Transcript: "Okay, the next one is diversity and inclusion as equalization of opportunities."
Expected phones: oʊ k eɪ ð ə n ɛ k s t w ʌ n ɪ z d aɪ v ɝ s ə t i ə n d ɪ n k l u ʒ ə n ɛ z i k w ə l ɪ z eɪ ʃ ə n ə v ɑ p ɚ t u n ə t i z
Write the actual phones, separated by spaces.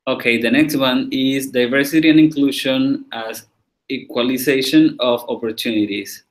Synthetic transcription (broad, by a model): oʊ k eɪ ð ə n ɛ k s t w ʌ n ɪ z d aɪ v ɝ s ə t i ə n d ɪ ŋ k l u ʃ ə n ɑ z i k w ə l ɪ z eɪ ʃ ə n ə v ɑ p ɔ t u n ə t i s